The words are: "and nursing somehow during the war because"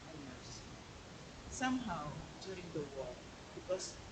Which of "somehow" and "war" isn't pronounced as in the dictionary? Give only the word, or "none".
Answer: war